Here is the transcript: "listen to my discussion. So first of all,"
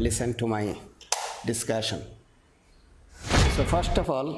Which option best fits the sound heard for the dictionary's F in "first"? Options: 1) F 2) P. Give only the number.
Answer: 1